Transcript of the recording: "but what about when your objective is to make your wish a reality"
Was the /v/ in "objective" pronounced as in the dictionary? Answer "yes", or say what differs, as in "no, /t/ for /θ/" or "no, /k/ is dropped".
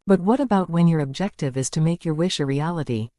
yes